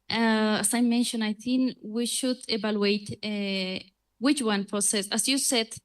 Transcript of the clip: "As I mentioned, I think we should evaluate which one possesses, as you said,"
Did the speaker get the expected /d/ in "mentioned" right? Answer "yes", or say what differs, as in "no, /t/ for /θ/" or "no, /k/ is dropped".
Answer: no, /d/ is dropped